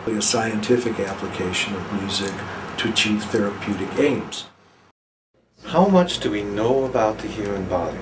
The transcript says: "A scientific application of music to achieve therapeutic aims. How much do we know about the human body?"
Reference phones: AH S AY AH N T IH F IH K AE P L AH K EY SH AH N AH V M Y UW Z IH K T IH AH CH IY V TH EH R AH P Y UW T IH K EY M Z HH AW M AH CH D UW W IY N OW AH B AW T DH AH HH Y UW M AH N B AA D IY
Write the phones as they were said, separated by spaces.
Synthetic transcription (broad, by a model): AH S AY AH N T IH F IH K AE P L AH K EY SH AH N AH V M Y UW Z IH K T IH AH CH IY V TH EH R AH P Y UW T IH K EY M Z HH AW M AH CH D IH W IY N OW AH B AW T DH AH HH Y UW M AH N B AA D IY